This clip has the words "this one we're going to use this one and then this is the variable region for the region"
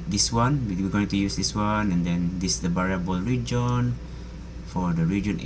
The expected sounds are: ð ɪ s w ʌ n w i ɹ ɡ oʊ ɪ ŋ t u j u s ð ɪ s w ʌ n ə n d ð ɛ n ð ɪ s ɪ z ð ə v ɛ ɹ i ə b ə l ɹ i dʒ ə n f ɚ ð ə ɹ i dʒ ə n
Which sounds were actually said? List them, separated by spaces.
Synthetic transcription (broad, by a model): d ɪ s w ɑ n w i w ɡ oʊ ɪ ŋ t u j u s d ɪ s w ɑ n ə n d ɛ n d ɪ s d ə b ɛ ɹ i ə b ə l ɹ i dʒ ə n f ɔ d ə ɹ i dʒ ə n